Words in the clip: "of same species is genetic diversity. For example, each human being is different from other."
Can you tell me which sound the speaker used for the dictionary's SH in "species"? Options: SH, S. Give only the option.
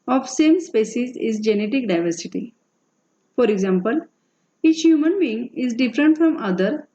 S